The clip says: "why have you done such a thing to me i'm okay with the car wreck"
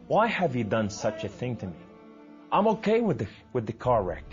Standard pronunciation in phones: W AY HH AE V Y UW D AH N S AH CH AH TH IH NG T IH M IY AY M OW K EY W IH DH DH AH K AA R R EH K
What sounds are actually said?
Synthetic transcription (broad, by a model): W AY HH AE V Y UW D AH N S AH CH AH TH IH NG T IH M IY AY M OW K EY W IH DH DH AH K AA R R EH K